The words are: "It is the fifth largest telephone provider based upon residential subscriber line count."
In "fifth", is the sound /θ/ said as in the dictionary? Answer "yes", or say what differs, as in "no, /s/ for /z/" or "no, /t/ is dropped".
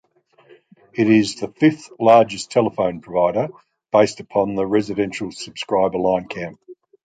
yes